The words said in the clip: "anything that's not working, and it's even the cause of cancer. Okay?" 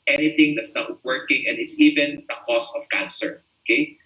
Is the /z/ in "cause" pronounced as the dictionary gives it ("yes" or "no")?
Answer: no